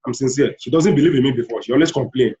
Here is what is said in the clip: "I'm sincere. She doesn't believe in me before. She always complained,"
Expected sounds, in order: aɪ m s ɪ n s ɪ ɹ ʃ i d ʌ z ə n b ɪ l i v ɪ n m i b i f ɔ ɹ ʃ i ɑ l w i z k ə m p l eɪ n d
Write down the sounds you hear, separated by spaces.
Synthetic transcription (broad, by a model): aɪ m s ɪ n s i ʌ ʃ i d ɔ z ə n b ɪ l i v ɪ n m i b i f ɔ ʃ i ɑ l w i s k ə m p l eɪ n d